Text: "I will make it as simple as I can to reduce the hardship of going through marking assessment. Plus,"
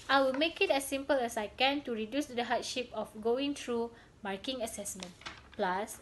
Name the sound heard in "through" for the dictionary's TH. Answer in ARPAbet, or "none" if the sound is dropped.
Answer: T